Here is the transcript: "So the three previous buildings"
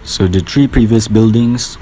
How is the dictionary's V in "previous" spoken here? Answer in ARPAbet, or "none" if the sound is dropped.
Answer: V